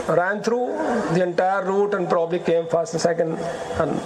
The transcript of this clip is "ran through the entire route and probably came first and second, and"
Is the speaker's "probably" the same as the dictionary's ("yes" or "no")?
yes